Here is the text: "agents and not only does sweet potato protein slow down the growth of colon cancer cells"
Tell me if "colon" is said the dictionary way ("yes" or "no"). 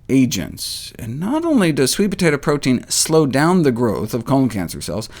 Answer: no